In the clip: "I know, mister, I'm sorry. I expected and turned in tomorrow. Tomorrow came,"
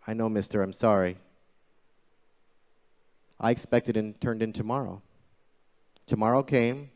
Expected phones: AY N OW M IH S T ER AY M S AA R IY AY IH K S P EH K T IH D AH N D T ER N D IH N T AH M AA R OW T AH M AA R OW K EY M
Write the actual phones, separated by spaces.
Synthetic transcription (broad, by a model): AY N OW M IH S T ER AY M S AA R IY AY IH K S P EH K T IH D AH N T ER N D IH N T AH M AA R OW T AH M AA R OW K EY M